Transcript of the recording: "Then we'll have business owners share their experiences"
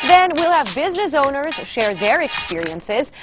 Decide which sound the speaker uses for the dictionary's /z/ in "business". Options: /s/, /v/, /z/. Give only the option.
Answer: /z/